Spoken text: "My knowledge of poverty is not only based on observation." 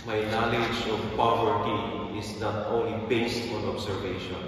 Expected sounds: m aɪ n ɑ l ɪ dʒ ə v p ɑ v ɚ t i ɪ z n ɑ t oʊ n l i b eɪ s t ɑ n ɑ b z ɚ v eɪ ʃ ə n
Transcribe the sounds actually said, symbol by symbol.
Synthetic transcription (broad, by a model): m aɪ n ɑ l ɪ dʒ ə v p ɑ v ɚ t i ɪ s n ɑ t oʊ n l i b eɪ s t ɑ n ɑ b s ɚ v eɪ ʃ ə n